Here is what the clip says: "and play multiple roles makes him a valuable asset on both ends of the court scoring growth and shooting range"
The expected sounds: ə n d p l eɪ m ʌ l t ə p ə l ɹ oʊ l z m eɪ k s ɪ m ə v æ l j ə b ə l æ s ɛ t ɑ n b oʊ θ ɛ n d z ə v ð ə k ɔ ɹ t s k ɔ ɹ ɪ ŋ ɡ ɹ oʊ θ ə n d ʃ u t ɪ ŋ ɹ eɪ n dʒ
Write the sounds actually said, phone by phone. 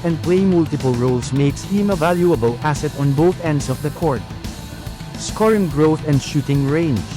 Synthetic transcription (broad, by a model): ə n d p l eɪ m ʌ l t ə p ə l ɹ oʊ l s m eɪ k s ɪ m ə v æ l j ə b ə l æ s ɛ t ɑ n b oʊ θ ɛ n d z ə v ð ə k ɔ ɹ t s k ɔ ɹ ɪ ŋ ɡ ɹ oʊ θ ə n d ʃ u t ɪ ŋ ɹ eɪ n